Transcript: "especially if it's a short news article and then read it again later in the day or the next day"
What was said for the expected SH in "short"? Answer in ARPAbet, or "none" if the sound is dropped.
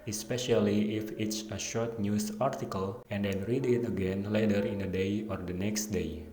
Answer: SH